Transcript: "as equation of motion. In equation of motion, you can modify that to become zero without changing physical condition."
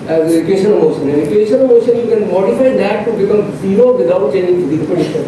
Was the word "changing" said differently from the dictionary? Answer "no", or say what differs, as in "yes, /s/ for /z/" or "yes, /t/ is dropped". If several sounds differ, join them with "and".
yes, /dʒ/ is dropped